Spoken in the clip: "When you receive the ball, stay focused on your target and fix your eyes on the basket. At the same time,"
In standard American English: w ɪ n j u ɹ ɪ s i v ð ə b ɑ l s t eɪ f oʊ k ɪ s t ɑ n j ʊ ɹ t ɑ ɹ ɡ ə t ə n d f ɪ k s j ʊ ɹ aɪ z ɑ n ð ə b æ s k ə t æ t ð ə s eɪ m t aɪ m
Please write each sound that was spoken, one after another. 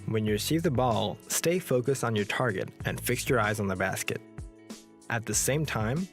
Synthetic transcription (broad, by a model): w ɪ n j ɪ ɹ ɪ s i v ð ə b ɑ l s t eɪ f oʊ k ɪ s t n j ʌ ɹ t ɑ ɹ ɡ ə t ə n f ɪ k s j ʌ ɹ aɪ z n ð ə b æ s k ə t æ t ð ə s eɪ m t aɪ m